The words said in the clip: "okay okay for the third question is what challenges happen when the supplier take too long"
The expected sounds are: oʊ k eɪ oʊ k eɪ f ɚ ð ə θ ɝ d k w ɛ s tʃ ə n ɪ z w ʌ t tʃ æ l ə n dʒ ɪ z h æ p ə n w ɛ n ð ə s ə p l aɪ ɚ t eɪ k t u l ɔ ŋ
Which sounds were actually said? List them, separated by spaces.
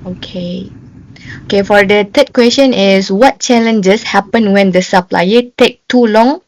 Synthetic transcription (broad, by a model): oʊ k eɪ oʊ k eɪ f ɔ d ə t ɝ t k w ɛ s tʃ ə n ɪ s w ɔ t tʃ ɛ l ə n dʒ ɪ s h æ p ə n w ɛ n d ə s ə p l aɪ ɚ t eɪ k t u l ɔ ŋ